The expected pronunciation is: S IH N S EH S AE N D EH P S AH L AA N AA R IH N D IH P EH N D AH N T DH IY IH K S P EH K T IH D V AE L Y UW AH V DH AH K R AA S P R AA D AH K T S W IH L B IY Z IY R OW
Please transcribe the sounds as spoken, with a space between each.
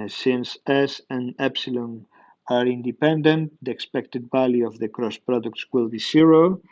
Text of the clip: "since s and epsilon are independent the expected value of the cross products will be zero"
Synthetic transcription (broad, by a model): S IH N S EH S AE N EH P S AH L AA N AA R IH N D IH P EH N D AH N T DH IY IH K S P EH K T IH D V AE L Y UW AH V DH AH K R AA S P R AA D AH K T S W IH L B IY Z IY R OW